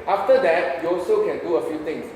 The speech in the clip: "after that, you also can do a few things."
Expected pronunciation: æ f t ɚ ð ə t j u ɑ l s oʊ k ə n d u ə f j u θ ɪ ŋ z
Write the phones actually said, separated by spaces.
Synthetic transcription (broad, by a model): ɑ f t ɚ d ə t j u ɑ l s oʊ k ə n d u ə f j u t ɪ ŋ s